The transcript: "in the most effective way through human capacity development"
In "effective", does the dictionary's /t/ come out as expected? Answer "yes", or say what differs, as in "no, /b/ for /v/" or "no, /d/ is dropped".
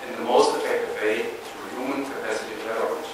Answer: yes